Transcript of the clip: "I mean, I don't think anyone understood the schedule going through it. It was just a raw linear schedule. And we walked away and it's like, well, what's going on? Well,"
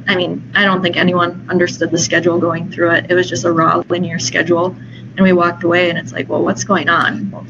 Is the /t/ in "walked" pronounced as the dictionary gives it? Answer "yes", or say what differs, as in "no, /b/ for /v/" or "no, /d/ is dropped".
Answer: yes